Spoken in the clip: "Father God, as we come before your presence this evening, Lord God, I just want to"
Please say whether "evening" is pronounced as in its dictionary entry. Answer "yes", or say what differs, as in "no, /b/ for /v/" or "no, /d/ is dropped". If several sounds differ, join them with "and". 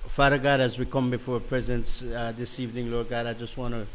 yes